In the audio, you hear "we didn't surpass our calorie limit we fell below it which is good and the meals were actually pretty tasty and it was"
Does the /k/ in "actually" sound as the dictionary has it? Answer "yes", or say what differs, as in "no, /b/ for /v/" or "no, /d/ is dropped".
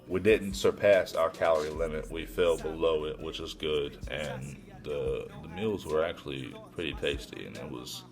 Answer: yes